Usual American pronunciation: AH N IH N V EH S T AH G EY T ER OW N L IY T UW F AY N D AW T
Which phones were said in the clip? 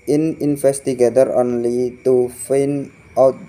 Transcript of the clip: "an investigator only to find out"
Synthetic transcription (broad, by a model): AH N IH N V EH S T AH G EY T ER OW N L IY T UW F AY N AW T